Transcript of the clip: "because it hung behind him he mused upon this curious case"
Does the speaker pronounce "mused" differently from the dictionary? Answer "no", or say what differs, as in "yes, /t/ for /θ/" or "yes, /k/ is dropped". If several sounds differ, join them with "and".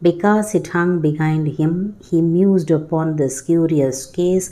no